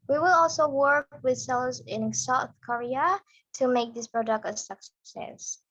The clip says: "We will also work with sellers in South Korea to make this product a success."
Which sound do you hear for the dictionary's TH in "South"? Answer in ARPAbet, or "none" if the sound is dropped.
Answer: TH